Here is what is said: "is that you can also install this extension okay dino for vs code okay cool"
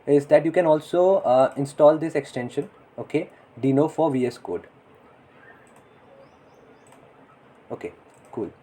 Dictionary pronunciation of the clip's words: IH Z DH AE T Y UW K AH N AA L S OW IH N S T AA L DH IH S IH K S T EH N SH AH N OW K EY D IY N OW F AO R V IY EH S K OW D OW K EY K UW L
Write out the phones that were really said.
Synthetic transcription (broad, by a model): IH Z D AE T Y UW K AH N AA L S OW IH N S T AA L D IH S IH K S T EH N SH AH N OW K EY D IY N OW F AO R V IY EH S K OW D OW K EY K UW L